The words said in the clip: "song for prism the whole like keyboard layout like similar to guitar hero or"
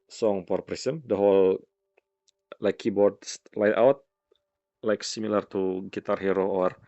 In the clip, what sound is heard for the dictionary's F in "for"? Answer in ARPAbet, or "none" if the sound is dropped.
P